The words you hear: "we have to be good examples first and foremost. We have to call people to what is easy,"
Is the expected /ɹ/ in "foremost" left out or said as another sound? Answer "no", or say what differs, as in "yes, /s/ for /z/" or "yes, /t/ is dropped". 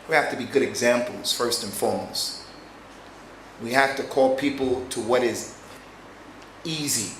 yes, /l/ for /ɹ/